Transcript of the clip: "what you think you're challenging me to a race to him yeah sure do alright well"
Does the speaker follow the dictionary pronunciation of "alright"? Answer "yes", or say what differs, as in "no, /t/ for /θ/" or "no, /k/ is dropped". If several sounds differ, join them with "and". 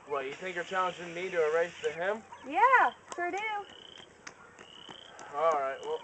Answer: yes